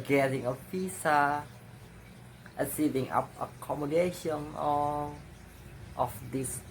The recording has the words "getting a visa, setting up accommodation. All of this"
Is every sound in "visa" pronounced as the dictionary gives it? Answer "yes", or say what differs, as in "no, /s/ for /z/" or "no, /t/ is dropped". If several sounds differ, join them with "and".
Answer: no, /p/ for /v/ and /s/ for /z/